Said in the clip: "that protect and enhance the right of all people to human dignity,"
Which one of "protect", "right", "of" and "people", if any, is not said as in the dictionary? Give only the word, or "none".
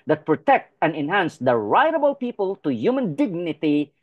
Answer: of